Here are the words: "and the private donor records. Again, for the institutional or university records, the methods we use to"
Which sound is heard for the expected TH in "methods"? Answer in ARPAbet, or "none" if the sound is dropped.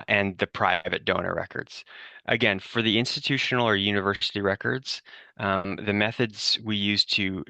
TH